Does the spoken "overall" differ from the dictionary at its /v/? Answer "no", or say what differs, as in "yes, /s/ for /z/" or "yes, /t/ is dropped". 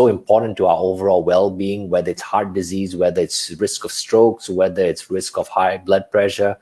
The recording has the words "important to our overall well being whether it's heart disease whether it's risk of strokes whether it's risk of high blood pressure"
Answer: no